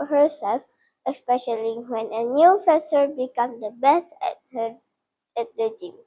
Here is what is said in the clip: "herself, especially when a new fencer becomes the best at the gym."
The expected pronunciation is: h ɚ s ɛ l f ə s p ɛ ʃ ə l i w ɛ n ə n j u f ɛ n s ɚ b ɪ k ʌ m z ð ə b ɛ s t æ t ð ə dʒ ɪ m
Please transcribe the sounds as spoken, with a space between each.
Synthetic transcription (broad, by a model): h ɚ s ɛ l f ə s p ɛ ʃ ə l i w ɛ n ə n j u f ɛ s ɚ b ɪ k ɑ m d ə b ɛ s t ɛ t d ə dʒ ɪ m